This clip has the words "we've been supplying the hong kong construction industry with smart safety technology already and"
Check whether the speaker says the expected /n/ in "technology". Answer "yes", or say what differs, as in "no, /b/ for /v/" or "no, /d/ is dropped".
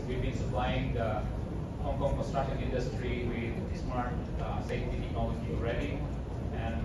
no, /n/ is dropped